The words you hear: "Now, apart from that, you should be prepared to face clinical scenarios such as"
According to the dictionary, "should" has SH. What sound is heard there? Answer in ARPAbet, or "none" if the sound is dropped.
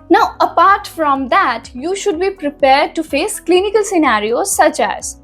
SH